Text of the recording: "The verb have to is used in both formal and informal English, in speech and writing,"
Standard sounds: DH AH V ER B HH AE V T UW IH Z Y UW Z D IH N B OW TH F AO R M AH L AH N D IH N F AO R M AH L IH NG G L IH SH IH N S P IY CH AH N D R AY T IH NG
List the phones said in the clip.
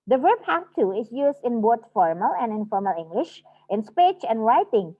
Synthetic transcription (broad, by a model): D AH V ER B HH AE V T UW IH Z Y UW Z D IH N B OW T F AO R M AH L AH N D IH N F AO R M AH L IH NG G L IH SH IH N S P IY CH AH N D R AY T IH NG